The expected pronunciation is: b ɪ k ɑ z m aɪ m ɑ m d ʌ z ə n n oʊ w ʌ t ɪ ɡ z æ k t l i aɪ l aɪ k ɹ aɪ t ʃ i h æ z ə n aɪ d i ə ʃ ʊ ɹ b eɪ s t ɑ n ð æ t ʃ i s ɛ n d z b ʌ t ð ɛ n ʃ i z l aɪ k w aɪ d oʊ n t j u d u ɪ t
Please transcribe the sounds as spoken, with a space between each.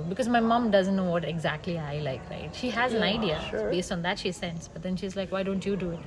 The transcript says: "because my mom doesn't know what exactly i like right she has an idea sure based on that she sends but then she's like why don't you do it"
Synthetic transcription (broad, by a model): b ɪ k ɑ z m aɪ m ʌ m d ʌ z ə n n oʊ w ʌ t ɪ ɡ z æ k t l i aɪ l aɪ k ɹ aɪ t ʃ i h æ z ə n aɪ d i ə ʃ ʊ b eɪ s t ɑ n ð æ t ʃ i s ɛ n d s b ʌ t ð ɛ n ʃ i z l aɪ k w aɪ d oʊ n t j u d u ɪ t